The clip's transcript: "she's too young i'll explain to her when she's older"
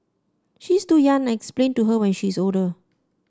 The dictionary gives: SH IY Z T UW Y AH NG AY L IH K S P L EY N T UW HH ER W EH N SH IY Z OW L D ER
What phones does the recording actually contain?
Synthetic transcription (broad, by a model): SH IY S T UW Y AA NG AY N IH K S P L EY N T UW HH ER W EH N SH IY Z OW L D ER